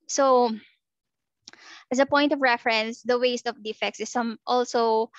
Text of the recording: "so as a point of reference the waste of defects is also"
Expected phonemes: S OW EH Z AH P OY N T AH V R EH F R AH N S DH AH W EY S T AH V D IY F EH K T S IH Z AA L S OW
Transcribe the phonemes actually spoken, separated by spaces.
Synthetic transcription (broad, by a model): S OW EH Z AH P OY N T AH V R EH F R AH N S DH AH W EY S T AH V D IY F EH K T S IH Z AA L S OW